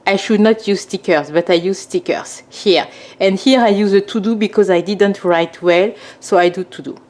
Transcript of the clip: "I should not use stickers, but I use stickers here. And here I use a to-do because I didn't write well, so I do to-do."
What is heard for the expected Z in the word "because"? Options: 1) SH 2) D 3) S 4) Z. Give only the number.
4